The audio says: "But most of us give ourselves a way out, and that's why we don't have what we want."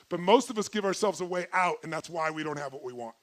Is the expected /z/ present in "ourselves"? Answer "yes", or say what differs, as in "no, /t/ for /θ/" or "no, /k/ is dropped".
yes